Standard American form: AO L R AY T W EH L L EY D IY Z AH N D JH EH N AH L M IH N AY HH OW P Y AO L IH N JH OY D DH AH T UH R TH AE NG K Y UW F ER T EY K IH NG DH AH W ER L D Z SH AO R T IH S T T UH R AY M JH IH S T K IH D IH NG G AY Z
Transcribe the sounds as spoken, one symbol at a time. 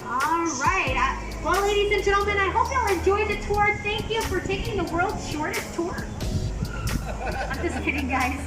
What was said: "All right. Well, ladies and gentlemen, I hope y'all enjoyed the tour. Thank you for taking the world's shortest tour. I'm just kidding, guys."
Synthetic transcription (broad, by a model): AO R AY T W EH L L EY D IY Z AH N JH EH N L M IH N AY HH OW P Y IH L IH N JH OY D DH AH T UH R TH AE NG K Y UW F ER T EY K IH NG DH AH W ER L D Z SH AO R T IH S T T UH R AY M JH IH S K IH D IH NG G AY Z